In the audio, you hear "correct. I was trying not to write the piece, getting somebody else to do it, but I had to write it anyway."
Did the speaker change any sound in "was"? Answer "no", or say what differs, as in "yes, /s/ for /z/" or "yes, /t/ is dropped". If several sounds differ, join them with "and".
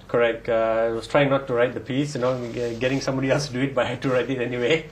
yes, /s/ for /z/